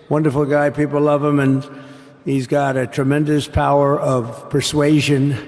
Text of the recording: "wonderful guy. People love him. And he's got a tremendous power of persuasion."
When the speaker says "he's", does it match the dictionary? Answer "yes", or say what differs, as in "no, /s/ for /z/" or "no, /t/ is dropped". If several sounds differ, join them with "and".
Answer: yes